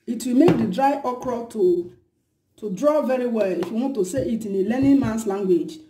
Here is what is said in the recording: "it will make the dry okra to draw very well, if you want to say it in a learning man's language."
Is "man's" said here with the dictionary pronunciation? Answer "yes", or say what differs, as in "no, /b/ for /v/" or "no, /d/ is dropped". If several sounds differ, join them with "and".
no, /s/ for /z/